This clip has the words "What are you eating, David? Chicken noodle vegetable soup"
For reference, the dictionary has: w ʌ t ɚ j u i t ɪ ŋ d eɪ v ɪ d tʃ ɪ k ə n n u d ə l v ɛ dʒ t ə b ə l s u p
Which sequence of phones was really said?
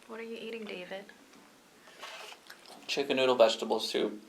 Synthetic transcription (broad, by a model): w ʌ t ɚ j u i t ɪ ŋ d eɪ v ɪ d tʃ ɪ k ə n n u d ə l v ɛ dʒ t ə b ə l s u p